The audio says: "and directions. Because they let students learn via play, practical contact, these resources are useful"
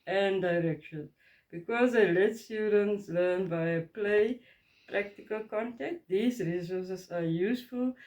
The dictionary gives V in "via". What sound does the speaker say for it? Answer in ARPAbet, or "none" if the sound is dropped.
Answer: B